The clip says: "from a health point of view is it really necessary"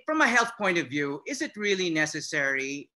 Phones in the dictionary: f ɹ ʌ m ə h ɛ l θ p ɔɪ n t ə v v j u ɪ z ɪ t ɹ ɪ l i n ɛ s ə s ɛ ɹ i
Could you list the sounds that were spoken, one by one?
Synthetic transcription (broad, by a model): f ɹ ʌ m ə h ɛ l θ p ɔɪ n t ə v v j u ɪ z ɪ t ɹ ɪ l i n ɛ s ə s ɛ ɹ i